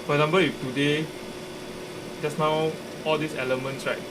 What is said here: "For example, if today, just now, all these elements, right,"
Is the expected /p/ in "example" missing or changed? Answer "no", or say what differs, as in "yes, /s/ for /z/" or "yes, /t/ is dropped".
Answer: yes, /b/ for /p/